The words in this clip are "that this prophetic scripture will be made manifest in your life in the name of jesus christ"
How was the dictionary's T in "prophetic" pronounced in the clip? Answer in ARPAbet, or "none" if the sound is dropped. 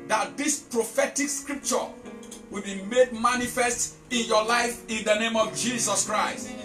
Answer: T